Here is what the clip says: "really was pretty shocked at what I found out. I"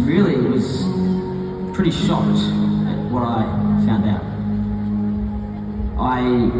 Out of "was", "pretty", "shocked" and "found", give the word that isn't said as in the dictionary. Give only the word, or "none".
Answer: none